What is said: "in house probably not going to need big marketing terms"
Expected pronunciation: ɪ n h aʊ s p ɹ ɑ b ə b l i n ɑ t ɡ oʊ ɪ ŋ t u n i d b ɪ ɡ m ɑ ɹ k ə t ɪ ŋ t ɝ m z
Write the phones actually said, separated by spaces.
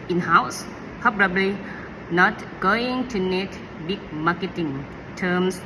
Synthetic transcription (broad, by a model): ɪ n h aʊ s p ɑ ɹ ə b l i n ɑ t ɡ oʊ ɪ ŋ t u n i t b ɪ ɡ m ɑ k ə t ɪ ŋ t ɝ m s